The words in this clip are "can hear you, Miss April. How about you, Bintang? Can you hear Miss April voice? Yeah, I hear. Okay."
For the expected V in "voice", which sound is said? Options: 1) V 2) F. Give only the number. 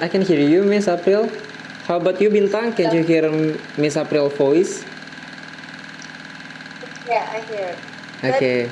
2